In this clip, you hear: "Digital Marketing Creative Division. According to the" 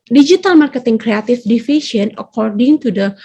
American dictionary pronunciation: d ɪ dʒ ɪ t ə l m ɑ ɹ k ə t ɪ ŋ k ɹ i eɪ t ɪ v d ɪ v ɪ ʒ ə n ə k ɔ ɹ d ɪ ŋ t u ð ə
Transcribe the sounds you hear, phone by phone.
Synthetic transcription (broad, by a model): d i dʒ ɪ t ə l m ɑ ɹ k ə t ɪ ŋ k ɹ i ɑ t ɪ f d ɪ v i ʃ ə n ə k ɔ ɹ d ɪ ŋ t u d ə